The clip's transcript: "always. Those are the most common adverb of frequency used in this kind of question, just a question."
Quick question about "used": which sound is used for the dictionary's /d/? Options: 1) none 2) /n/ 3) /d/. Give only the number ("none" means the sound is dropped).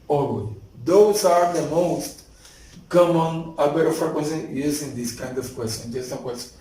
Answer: 1